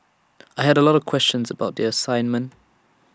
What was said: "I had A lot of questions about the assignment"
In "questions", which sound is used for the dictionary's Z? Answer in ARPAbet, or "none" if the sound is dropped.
Z